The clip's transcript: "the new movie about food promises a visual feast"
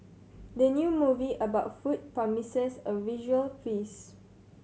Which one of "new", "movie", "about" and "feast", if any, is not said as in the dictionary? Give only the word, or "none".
feast